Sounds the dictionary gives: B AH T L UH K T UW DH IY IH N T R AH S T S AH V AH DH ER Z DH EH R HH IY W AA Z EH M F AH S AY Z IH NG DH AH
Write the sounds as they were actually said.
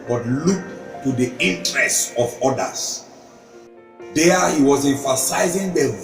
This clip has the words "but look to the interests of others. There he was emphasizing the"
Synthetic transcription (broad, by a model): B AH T L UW K T UW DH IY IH N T R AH S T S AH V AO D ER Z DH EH HH IY W AA Z EH M F AH S AY Z IH NG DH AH